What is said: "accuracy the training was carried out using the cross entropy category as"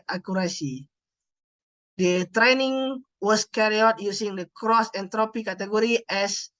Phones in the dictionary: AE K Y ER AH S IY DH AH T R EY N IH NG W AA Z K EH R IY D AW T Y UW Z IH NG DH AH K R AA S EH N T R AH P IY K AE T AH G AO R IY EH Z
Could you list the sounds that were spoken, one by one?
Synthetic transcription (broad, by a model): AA K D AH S IY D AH T R EY N IH NG W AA S K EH R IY AW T Y UW S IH NG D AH K R AA S EH N T R AH P IY K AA T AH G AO R IY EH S